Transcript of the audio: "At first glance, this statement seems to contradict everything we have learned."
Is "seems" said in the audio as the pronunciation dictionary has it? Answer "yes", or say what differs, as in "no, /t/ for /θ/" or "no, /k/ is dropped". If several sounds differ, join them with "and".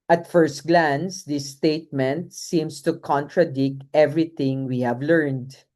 no, /s/ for /z/